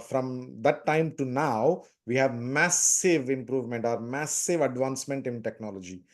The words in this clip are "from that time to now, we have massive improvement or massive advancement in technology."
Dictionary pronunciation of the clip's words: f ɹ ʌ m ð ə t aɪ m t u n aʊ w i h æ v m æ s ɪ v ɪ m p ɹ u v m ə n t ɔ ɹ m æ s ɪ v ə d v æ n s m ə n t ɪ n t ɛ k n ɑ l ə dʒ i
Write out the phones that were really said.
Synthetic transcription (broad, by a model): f ɹ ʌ m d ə t aɪ m t u n aʊ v i h æ v m æ s ɪ v ɪ m p ɹ u v m ə n t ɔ ɹ m æ s ɪ v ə d v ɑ n s m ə n t ɪ n t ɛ k n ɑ l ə dʒ i